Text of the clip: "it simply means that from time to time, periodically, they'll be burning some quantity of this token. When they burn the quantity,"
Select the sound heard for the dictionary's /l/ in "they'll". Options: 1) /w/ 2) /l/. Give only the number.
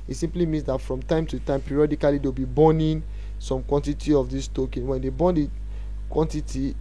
1